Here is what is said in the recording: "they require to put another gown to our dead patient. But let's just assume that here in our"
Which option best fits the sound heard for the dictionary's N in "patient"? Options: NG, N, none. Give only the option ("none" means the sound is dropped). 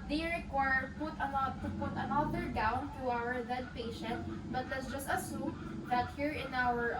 N